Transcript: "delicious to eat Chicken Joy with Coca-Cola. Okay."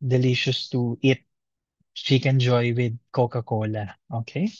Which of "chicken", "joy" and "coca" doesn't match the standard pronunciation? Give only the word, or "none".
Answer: chicken